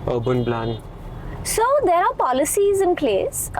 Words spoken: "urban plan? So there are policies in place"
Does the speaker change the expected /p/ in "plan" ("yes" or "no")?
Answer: yes